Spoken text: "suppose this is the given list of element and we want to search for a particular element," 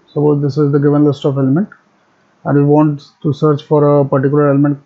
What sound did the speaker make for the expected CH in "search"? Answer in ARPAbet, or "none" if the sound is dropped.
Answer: CH